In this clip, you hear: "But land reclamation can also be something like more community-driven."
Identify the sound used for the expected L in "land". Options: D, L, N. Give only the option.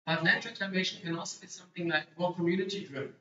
N